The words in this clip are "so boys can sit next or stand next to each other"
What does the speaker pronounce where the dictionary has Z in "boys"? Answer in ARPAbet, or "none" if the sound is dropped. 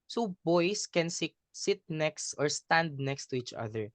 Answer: S